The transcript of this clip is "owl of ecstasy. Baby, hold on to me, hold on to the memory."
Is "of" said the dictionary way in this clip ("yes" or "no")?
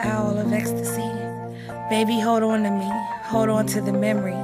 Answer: yes